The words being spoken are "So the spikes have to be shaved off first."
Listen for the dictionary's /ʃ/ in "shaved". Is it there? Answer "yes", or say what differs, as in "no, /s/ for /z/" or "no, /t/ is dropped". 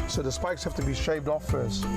yes